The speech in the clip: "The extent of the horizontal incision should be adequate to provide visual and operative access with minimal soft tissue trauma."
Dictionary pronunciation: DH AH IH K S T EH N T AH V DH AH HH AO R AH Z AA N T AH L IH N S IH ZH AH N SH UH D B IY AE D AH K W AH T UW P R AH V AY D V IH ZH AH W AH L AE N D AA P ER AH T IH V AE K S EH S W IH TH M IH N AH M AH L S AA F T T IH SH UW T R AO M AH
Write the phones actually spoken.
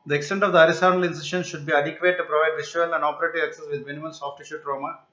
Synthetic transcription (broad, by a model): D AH IH K S T EH N T AH V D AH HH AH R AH S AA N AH L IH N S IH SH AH N SH UH D B IY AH D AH K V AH T UW P R AH V AY D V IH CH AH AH L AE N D AA P ER AH T IH V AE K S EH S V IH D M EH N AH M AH N S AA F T T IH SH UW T R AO M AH